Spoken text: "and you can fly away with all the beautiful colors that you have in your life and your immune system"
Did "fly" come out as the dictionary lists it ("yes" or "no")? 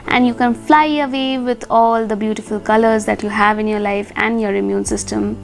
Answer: yes